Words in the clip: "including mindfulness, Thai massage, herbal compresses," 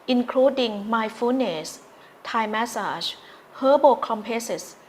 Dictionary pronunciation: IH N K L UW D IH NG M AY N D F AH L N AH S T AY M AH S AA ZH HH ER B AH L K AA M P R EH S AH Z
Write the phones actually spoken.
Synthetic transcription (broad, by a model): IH N K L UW D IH NG M AY F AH N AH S T AY M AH S AA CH HH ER B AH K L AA M P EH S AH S